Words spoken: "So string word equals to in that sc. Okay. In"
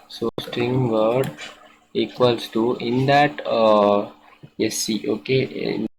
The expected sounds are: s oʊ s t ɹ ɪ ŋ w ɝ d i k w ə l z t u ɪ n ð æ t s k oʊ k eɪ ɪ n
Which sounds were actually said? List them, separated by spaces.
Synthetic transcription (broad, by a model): s oʊ s t ɹ ɪ ŋ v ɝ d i k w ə l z t u ɪ n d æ t s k oʊ k eɪ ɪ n